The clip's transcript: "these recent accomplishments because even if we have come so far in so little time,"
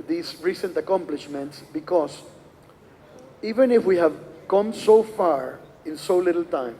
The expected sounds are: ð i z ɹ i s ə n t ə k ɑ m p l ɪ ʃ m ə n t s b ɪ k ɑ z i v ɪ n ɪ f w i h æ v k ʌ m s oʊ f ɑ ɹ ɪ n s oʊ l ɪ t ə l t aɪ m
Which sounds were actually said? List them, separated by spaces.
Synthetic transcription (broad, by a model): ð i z ɹ i s ə n t ə k ɑ m p l ɪ ʃ m ə n t s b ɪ k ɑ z i v ɪ n ɪ f w i h æ v k ʌ m s oʊ f ɑ ɹ ɪ n s oʊ l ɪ t l t aɪ m